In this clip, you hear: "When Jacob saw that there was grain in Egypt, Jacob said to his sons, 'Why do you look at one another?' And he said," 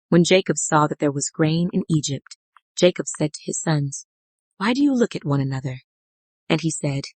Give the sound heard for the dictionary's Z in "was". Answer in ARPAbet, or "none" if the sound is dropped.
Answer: Z